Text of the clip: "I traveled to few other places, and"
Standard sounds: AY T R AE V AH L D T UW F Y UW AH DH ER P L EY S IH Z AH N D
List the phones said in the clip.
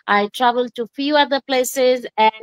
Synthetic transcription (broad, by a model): AY T R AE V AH L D T UW F Y UW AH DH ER P L EY S IH Z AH